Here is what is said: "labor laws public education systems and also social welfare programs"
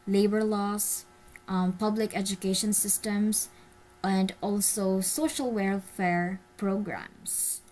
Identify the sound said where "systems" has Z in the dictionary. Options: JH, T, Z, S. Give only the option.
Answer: S